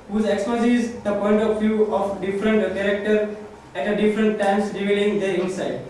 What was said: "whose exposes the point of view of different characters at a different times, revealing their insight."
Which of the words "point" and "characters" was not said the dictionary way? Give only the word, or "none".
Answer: characters